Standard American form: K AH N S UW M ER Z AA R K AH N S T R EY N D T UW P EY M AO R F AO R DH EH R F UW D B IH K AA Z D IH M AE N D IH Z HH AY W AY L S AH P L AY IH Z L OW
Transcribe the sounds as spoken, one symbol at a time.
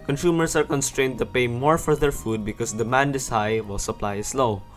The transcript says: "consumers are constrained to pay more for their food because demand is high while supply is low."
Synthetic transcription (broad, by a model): K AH N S UW M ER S AA R K AH N S T R EY N D T UW P EY M AO R F AO R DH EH R F UW D B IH K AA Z D IH M AE N D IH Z HH AY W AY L S AH P L AY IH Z L OW